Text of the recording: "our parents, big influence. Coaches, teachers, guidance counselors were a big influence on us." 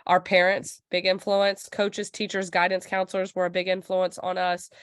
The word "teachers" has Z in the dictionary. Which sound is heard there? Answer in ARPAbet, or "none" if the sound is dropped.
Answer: Z